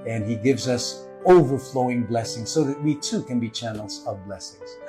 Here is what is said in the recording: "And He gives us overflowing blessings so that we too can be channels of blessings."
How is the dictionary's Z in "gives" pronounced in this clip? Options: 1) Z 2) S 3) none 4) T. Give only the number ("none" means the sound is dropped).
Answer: 1